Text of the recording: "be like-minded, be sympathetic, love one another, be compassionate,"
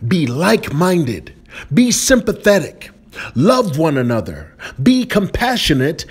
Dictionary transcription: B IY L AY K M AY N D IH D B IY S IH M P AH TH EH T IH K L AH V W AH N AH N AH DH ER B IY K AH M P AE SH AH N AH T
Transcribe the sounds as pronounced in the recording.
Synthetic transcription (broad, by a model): B IY L AY K M AY N D IH D B IY S IH M P AH TH EH T IH K L AH V W AH N AH N AH DH ER B IY K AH M P AE SH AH N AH T